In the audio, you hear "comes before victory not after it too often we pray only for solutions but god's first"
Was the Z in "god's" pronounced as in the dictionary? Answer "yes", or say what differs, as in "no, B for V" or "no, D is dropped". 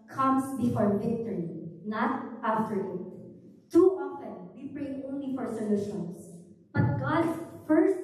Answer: no, Z is dropped